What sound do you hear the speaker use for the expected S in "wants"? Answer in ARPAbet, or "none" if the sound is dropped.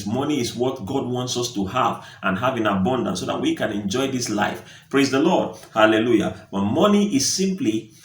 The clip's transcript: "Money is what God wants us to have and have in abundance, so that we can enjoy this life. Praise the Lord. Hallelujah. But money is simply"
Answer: S